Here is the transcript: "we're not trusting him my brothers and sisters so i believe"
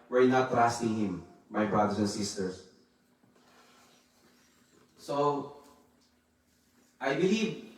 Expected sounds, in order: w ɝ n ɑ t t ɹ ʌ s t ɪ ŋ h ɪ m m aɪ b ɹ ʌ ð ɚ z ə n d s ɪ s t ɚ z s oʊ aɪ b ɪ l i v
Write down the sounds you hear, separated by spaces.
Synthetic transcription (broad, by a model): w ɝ n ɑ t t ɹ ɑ s t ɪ ŋ h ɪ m m aɪ b ɹ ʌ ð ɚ s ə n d s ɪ s t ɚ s s oʊ aɪ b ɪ l i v